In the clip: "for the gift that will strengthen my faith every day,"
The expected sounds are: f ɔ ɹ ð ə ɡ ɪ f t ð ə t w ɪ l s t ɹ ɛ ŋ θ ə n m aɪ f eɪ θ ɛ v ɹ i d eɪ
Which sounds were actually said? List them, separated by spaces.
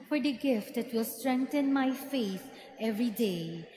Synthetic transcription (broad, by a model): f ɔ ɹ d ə ɡ ɪ f t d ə t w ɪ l s t ɹ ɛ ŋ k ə n m aɪ f eɪ s ɛ v ɹ i d eɪ